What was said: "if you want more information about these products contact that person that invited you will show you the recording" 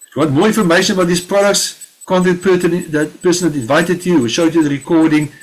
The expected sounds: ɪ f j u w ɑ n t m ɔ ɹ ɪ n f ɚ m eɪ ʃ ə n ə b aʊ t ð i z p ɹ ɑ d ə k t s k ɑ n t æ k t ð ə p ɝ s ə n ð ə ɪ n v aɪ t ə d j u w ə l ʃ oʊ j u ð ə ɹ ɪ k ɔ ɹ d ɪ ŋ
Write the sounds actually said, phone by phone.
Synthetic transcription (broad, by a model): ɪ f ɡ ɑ t m ɔ ɹ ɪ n f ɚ m eɪ ʃ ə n ə b aʊ t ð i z p ɹ ɑ d ə k t s k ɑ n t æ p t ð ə p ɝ s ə n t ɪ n v aɪ t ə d j u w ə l ʃ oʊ j u ð ə ɹ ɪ k ɔ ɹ d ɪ ŋ